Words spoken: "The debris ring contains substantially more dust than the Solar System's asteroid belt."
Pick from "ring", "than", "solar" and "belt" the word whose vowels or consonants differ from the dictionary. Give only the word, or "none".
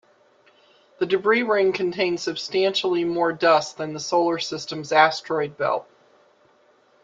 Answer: belt